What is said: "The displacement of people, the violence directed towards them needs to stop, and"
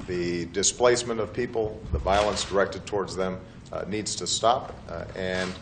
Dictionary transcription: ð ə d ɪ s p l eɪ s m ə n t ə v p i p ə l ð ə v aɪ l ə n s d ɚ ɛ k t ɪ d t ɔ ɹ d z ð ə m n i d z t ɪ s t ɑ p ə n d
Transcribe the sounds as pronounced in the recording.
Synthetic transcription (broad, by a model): ð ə d ɪ s p l eɪ s m ə n t ə v p i p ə l ð ə v aɪ l ə n s d ɚ ɛ k t ɪ d t ɔ ɹ d z ð ə m n i d z t ɪ s t ɑ p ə n